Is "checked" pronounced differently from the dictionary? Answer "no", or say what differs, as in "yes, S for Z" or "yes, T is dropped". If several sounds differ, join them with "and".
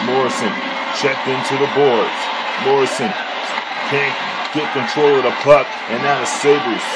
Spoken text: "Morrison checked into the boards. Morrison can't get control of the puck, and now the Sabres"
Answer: no